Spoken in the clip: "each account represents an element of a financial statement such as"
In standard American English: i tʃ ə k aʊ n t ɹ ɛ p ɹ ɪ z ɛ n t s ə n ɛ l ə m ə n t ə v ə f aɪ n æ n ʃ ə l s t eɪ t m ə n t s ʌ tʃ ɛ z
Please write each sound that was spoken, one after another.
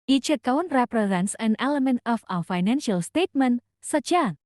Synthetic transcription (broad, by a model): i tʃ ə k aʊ n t ɹ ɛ p ɹ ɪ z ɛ n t s ə n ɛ l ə m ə n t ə w ə f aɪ n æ n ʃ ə l s t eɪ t m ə n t s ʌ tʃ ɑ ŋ